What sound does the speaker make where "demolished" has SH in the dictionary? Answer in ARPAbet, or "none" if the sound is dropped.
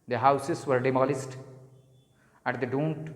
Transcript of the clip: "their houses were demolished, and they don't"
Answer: S